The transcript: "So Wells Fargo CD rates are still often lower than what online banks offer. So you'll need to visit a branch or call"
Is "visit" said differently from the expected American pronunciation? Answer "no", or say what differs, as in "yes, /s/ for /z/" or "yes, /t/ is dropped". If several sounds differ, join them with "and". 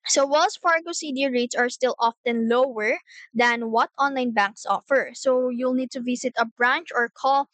yes, /s/ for /z/